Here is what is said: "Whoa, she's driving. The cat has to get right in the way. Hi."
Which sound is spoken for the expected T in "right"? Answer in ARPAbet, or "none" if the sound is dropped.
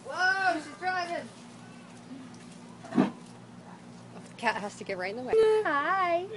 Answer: none